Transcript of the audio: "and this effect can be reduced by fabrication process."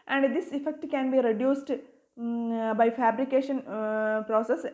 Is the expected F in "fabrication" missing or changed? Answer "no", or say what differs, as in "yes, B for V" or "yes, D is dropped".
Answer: no